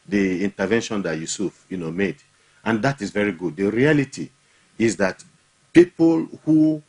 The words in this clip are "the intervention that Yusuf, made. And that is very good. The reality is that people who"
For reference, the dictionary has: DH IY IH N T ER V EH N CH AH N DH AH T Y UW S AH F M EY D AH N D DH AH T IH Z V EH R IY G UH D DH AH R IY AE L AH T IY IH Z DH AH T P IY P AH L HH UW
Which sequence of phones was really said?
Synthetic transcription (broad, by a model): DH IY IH N T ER V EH N SH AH N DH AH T Y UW S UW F M EY D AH N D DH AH T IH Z V EH R IY G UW D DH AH R IY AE L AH T IY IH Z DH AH T P IY P AH L HH UW